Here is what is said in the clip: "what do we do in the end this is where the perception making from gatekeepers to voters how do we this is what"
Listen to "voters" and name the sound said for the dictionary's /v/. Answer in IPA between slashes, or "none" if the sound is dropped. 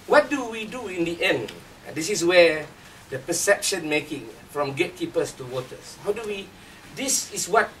/w/